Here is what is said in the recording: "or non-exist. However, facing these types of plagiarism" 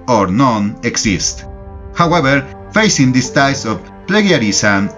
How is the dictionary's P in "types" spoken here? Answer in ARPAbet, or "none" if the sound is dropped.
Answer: none